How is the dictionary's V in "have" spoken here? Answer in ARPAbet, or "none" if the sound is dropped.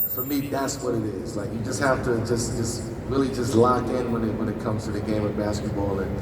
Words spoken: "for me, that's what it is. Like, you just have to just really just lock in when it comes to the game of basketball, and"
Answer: F